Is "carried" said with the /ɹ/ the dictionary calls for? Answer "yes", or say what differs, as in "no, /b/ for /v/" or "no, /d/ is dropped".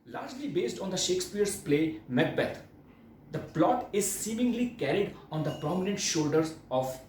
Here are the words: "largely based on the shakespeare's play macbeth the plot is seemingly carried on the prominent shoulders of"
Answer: yes